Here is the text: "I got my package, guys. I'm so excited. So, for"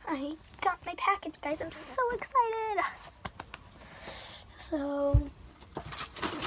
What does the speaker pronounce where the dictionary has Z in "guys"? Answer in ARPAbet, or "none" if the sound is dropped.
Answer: Z